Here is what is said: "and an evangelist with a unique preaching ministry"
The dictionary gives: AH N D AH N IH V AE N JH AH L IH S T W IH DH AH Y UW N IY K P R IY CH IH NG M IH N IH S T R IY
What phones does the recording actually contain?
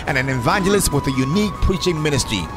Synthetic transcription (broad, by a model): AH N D AH N IH V AE N JH AH L IH S T W IH DH AH Y UW N IY K P R IY CH IH NG M IH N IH S T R IY